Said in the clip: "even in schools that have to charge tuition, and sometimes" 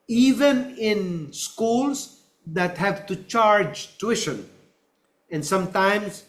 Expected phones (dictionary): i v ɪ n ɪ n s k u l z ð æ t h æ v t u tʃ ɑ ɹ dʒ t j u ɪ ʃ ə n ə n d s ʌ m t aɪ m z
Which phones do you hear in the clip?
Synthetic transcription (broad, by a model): i v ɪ n ɪ n s k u l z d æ t h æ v t u tʃ ɑ ɹ dʒ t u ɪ ʃ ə n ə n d s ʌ m t aɪ m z